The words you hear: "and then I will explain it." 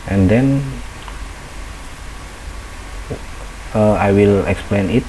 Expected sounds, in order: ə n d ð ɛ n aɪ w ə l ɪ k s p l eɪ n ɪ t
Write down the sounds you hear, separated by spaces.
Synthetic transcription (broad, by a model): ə n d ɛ n aɪ w ə l ɪ k s p l eɪ n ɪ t